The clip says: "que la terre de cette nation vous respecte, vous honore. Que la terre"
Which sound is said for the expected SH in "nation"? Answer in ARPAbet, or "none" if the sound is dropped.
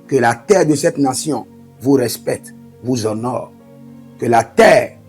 S